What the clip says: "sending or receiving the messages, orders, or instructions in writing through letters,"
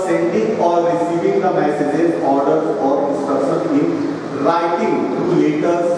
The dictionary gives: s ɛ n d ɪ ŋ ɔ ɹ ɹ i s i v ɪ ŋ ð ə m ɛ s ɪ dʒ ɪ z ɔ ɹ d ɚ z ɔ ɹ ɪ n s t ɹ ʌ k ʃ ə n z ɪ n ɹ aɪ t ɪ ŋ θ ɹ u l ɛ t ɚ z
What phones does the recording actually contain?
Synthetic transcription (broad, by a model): s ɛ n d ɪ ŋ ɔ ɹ ɹ i s i v ɪ ŋ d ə m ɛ s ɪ dʒ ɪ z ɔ ɹ d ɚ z ɔ ɹ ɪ n s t ɹ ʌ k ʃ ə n ɪ n ɹ aɪ t ɪ ŋ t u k ɛ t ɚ